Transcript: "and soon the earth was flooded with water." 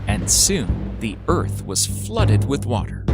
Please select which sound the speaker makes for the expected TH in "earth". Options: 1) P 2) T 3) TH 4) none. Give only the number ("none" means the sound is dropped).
3